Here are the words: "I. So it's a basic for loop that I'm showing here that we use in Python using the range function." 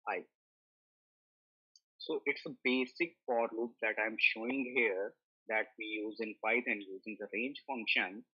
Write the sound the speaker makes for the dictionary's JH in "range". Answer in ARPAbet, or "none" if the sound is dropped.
JH